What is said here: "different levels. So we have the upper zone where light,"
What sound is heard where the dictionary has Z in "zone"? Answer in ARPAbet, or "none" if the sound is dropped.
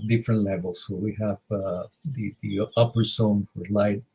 S